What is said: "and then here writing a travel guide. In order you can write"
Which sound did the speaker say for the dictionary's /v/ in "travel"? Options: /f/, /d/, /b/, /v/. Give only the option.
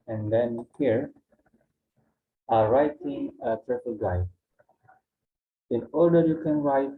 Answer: /f/